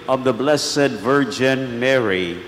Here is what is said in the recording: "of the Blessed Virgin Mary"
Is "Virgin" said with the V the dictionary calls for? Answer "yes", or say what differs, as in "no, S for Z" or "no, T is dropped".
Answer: yes